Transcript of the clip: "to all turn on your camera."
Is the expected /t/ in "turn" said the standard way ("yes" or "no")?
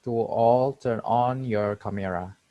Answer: yes